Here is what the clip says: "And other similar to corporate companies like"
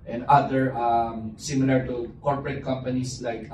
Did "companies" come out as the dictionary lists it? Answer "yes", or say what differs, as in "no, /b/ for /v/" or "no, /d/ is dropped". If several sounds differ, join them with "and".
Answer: no, /s/ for /z/